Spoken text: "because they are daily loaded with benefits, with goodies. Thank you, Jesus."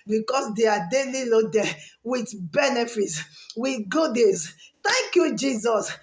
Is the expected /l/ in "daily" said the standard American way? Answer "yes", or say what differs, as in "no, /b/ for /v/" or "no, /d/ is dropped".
yes